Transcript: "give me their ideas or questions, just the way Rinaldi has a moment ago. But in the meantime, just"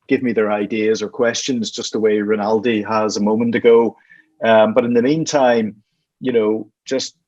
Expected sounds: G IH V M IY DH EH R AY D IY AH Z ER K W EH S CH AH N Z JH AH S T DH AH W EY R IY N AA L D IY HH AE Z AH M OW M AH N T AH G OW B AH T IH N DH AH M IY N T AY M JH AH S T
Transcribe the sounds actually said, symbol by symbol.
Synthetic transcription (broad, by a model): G IH V M IY DH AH R AY D IY AH Z ER K W EH S CH AH N Z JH AH S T DH AH W EY R IY N AA L D IY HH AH Z AH M OW M AH N T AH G OW B AH T IH N DH AH M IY N T AY M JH AH S T